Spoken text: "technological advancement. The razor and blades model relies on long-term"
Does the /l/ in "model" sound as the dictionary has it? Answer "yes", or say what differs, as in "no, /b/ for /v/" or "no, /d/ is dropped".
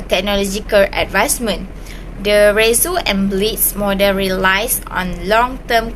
no, /n/ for /l/